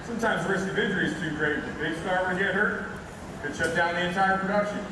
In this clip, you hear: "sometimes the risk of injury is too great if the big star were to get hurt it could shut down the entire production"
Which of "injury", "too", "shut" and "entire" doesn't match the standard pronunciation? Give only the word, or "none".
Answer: injury